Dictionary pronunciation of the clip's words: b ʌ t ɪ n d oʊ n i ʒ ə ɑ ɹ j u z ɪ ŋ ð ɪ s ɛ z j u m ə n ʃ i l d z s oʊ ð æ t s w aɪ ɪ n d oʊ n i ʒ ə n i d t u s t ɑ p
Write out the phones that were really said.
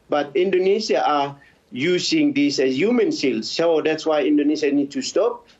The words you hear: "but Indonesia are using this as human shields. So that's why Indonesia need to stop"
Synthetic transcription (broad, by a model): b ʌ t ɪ n d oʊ n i ʃ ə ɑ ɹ j u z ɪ ŋ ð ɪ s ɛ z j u m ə n s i l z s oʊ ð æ t s w aɪ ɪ n d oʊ n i ʃ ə n i d t u s t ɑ p